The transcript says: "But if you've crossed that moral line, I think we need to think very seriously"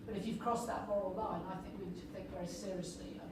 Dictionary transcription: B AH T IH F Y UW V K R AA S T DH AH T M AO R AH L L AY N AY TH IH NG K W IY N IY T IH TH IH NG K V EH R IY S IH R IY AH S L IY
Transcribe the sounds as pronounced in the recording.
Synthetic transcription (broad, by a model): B AH T IH F Y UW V K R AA S DH AH T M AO R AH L L AY N AY TH IH NG K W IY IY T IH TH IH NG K V EH R IY S IH R IY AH S L IY